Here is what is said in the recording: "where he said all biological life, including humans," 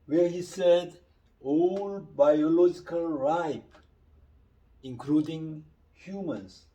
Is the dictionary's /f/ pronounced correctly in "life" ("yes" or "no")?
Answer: no